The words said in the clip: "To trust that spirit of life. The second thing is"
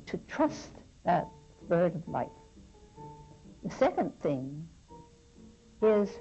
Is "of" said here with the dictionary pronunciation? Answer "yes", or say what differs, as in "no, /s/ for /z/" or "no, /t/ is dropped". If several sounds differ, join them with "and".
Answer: yes